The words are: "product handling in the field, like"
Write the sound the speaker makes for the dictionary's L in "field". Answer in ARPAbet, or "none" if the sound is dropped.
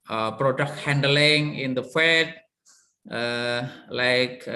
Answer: none